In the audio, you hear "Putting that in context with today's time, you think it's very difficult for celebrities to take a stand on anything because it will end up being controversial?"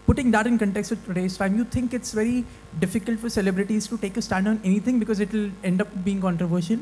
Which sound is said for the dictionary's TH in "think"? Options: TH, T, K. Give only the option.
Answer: T